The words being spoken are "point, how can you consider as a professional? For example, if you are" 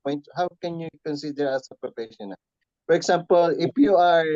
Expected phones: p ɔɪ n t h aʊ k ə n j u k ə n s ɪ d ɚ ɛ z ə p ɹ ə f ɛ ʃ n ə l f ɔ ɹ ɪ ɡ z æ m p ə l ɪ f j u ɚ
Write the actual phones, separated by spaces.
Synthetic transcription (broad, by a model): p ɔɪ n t h aʊ k ə n j u k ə n s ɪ d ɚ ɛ s ə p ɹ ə p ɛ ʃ ə n f ɔ ɹ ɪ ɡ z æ m p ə l ɪ f j u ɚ